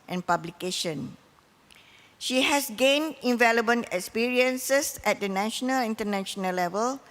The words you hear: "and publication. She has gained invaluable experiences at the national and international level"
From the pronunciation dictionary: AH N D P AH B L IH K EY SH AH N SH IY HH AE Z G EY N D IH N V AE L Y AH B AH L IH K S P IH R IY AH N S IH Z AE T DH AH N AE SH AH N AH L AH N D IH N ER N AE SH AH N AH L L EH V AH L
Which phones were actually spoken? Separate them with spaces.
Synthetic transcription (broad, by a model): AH N P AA B L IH K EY SH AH N SH IY HH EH S G EY N D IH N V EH L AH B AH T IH K S P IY R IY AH N S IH S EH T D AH N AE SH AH N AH L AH N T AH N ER N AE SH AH N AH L L EH V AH L